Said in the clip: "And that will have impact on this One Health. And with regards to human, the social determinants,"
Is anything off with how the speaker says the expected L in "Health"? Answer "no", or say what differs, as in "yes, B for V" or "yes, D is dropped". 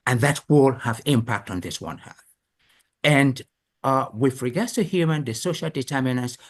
yes, L is dropped